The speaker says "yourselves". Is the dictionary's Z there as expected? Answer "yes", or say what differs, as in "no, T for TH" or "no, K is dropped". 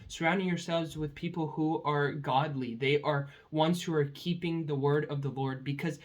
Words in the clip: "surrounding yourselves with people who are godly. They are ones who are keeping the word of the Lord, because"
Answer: yes